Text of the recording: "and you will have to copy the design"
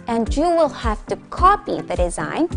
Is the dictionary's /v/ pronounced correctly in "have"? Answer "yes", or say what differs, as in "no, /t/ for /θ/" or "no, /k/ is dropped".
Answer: no, /f/ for /v/